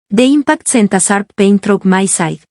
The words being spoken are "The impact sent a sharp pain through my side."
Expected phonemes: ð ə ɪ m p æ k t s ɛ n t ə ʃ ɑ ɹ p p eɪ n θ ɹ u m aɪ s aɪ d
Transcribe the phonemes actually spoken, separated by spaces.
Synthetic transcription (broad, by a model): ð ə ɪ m p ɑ k t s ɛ n t ə s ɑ ɹ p p eɪ n t ɹ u m aɪ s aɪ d